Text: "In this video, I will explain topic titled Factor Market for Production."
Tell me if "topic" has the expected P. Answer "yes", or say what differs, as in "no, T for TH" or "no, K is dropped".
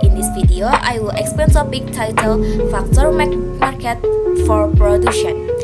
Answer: no, B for P